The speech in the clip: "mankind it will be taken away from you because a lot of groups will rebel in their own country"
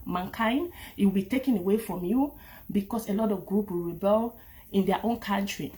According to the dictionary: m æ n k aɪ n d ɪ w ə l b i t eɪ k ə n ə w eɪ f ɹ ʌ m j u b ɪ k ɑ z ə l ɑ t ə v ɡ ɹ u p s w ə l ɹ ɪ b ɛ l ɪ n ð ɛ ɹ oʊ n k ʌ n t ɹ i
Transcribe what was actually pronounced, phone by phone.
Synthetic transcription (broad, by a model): m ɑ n k aɪ n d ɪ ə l b i t eɪ k ə n ə w eɪ f ɹ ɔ m j u b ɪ k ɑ s ə l ɑ t ə v ɡ ɹ u p w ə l ɹ ɪ b ɛ l ɪ n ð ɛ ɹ oʊ n k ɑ n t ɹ i